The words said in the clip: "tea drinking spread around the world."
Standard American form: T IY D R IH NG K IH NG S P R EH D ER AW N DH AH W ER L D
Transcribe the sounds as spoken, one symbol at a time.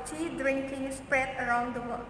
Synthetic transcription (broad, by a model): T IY D R IH NG K IH NG S P R EH D ER AW N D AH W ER